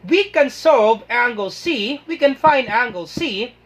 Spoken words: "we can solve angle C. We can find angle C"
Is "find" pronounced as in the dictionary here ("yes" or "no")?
yes